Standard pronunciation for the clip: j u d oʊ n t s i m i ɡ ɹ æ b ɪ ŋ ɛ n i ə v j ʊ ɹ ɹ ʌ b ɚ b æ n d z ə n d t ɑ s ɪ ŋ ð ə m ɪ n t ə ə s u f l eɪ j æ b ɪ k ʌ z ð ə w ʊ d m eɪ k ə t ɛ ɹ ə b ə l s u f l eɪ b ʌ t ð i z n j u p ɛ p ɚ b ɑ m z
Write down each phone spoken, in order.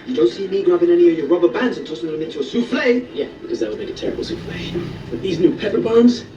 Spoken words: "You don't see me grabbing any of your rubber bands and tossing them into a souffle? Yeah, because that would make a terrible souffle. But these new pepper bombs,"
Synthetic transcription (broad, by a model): j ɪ d oʊ n t s i m i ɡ ɹ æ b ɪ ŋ ɛ n i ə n j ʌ ɹ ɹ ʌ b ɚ b æ n d z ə n t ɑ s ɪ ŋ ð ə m ɪ n t ə ə s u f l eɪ j æ b ɪ k ʌ z ð ə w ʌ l m eɪ k ə t ɛ ɹ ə b l s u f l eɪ b ʌ t ð i z n j u p ɛ p ɚ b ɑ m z